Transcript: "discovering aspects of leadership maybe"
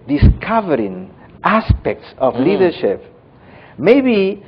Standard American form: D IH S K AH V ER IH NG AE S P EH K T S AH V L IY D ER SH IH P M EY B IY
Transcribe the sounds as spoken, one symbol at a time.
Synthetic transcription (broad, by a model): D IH S K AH V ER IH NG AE S P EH K T S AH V L IY D ER SH IH P M EY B IY